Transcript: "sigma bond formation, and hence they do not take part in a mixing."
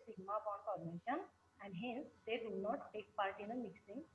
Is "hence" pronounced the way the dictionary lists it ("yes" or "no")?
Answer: yes